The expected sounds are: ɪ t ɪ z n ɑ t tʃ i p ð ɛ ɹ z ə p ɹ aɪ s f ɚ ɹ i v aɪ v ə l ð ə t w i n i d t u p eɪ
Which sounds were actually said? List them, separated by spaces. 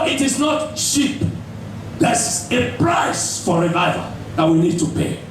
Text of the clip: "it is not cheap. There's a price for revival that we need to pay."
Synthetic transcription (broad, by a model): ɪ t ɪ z n ɑ t ʃ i p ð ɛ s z ə p ɹ aɪ s f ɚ ɹ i v aɪ v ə ð ə t w i n i d t u p eɪ